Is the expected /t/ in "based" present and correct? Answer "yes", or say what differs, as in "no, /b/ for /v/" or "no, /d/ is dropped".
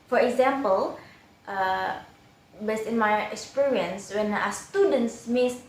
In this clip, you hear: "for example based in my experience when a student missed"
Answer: no, /t/ is dropped